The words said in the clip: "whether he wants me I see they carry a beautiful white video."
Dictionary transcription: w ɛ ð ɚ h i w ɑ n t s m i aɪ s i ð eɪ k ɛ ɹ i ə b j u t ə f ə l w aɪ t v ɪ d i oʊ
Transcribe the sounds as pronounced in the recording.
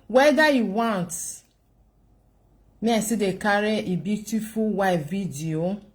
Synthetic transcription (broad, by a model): w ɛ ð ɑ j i w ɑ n t m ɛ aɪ s i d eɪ k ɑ ɹ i ə b j u t ə f ə l w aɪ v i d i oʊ